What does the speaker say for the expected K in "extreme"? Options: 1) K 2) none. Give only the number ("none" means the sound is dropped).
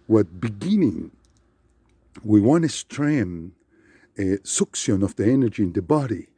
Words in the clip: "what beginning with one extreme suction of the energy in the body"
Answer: 2